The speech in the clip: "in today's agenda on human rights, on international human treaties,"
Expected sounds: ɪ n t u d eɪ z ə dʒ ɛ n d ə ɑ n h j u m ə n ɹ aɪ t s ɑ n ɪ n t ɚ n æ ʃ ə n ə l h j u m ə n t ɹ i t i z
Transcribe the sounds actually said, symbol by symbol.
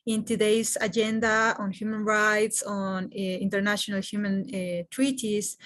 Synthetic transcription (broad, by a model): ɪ n t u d eɪ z ə dʒ ɛ n d ə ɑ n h j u m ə n ɹ aɪ t s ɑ n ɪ n t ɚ n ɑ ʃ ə n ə l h j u m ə n t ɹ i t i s